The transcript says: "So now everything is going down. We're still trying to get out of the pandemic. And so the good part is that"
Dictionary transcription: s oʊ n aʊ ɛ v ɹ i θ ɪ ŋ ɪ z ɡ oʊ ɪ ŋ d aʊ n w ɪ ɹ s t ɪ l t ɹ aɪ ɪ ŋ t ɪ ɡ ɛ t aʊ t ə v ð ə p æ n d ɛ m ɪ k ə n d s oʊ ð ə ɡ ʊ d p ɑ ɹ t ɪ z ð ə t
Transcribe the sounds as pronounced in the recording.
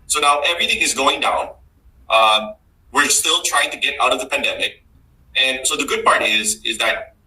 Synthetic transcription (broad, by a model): s oʊ n aʊ ɛ v ɹ i θ ɪ ŋ ɪ z ɡ oʊ ɪ ŋ d aʊ n w ɪ ɹ s t ɪ l t ɹ aɪ ɪ ŋ t ɪ ɡ ɛ t aʊ t ə v ð ə p æ n d ɛ m ɪ k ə n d s oʊ ð ə ɡ ʊ d p ɑ ɹ t ɪ z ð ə t